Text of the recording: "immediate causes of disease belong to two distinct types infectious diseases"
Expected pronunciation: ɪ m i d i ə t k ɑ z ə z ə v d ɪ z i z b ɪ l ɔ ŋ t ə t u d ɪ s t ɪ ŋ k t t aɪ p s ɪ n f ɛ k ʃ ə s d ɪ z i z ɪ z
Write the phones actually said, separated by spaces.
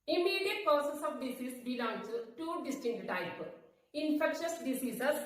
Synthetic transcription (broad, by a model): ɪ m i d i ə t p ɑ s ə s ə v d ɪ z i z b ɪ l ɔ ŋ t t u d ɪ s t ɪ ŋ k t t aɪ p ɪ n f ɛ k ʃ ə s d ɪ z i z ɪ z